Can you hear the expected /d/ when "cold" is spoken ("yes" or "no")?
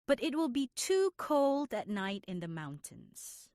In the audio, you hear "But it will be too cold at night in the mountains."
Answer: yes